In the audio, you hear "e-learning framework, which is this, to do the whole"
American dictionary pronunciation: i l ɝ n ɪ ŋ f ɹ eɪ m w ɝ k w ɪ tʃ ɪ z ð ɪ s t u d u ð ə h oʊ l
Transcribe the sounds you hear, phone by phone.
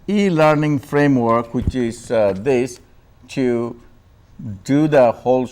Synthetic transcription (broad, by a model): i l ɝ n ɪ ŋ f ɹ eɪ m w ɝ k w ɪ tʃ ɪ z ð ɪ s t u d u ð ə h oʊ l